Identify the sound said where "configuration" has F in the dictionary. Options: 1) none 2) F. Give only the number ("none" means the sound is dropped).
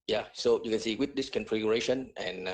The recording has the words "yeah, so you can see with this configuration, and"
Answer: 2